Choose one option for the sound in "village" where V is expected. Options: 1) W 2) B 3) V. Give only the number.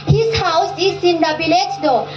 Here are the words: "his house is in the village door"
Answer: 2